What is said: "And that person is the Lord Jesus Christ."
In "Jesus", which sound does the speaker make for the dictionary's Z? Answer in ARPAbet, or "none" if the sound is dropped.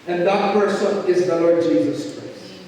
Z